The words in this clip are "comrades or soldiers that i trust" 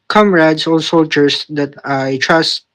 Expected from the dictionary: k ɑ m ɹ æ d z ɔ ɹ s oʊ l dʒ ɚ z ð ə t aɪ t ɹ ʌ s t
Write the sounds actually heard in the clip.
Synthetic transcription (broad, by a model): k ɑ m ɹ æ d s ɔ l s oʊ l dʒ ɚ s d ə t aɪ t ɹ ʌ s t